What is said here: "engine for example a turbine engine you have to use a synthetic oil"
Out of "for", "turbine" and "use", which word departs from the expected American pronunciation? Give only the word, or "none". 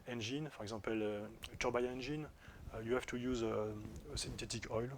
turbine